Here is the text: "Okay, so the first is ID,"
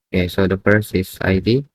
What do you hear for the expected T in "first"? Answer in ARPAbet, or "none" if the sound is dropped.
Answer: none